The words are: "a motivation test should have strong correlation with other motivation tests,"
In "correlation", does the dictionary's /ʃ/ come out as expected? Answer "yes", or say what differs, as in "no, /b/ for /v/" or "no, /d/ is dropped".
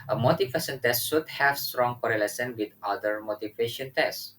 no, /s/ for /ʃ/